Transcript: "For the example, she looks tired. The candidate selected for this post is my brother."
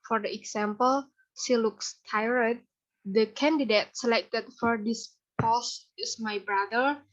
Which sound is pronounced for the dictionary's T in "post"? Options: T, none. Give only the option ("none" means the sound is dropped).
none